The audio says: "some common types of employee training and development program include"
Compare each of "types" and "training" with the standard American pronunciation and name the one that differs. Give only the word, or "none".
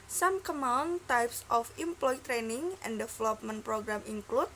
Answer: none